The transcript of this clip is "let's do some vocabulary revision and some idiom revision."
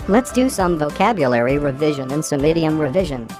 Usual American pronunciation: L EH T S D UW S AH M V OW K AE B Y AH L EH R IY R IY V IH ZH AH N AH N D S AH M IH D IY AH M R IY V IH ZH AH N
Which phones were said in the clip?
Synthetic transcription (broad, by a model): L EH T S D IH S AH M V OW K AE B Y AH L EH R IY R IY V IH ZH AH N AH N S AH M IH D IY AH M R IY V IH ZH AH N